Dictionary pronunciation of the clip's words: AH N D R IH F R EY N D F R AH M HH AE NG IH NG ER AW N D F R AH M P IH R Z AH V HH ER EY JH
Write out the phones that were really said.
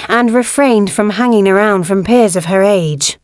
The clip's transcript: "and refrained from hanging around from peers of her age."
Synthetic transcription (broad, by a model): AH N R IH F R EY N D F R AH M HH AE NG IH NG ER AW N D F R AH M P IH R Z AH V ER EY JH